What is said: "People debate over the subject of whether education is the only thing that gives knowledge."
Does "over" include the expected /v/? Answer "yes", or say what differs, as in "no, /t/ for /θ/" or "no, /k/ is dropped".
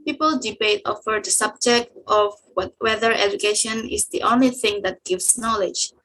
no, /f/ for /v/